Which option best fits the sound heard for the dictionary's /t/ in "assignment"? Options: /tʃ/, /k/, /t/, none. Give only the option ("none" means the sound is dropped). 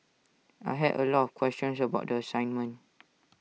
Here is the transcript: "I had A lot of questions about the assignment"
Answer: none